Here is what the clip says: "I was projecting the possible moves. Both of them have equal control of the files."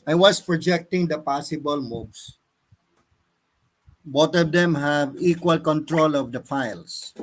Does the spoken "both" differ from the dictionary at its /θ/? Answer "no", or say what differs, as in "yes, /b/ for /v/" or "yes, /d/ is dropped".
yes, /t/ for /θ/